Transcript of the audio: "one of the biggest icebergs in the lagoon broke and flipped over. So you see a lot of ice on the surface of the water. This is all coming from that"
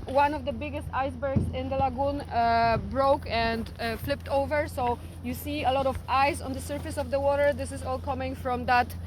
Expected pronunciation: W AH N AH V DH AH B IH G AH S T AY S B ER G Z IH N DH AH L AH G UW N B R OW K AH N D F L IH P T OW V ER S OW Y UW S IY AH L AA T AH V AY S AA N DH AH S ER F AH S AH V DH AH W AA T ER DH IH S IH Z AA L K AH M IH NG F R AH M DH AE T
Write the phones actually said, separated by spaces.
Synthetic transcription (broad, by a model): W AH N AH V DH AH B IH G AH S T AY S B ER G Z IH N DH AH L AH G UW N B R OW K AH N D F L IH P T OW V ER S OW Y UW S IY AH L AA T AH V AY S AA N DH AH S ER F AH S AH V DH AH W AA T ER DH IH S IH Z AA L K AH M IH NG F R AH M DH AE T